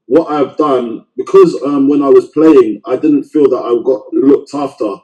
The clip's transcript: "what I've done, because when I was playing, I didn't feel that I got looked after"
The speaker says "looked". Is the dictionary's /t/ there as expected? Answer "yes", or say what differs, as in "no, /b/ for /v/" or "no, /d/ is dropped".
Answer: yes